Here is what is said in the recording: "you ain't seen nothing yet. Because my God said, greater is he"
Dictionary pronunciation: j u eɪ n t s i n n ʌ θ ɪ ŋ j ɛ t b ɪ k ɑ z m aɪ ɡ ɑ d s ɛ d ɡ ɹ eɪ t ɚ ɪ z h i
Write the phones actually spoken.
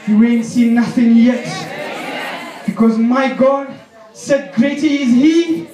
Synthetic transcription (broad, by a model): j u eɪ n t s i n n ʌ θ ɪ ŋ j ɛ t b ɪ k ɑ z m aɪ ɡ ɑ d s ɛ d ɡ ɹ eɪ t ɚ ɪ z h i